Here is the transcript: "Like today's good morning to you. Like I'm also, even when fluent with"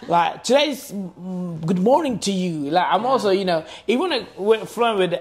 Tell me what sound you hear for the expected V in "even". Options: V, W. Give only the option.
W